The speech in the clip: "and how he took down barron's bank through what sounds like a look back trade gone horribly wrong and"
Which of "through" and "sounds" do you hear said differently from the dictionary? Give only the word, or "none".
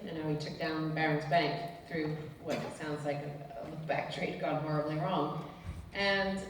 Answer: none